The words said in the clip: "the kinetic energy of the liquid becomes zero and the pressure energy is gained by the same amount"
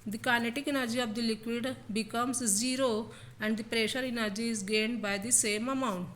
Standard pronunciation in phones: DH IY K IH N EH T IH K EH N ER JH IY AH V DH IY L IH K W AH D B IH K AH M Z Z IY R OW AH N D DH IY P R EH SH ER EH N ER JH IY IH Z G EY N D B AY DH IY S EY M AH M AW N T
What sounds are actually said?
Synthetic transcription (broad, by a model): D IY K IH N EH T IH K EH N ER JH IY AH V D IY L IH K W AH D B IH K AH M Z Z IY R OW AH N D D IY P R EH SH ER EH N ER JH IY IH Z G EY N D B AY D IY S EY M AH M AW N T